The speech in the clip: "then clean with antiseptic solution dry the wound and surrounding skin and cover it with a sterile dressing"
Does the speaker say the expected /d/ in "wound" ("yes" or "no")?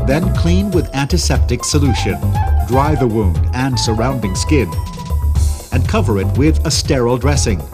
yes